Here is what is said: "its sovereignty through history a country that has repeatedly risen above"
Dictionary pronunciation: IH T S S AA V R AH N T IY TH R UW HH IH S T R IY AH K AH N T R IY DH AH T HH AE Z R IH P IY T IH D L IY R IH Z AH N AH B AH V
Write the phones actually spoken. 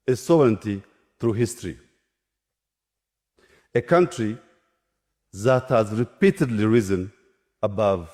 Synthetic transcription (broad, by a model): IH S S AA V R AH N T IY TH R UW HH IH S T R IY AH K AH N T R IY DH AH T HH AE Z R IH P IY T IH D L IY R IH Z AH N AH B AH V